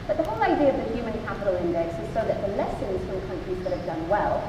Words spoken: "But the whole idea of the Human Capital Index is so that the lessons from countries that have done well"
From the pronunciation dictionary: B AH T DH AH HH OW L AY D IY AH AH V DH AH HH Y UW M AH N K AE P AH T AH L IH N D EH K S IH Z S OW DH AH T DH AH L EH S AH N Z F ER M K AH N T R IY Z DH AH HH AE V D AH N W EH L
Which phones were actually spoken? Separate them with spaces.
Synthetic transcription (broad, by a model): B AH T DH AH HH OW L AY D IY AH AH V DH AH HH Y UW M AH N K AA P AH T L IH N D EH K S IH Z S OW DH AH T DH AH L EH S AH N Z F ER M K AH N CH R IY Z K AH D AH V D AH N W EH L